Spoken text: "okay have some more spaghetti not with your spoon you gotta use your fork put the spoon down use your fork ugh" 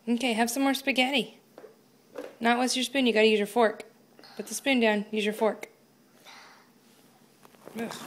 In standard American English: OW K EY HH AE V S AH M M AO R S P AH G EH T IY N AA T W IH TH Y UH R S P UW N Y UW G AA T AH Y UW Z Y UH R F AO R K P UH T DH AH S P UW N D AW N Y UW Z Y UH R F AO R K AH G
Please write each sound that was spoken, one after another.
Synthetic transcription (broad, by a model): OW K EY HH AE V S AH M M AO R S P AH G EH T IY N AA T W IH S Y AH R S P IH N Y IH G AA T AH Y UW Z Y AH R F AO R K B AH T DH AH S P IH N D AW N Y UW Z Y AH R F AO R K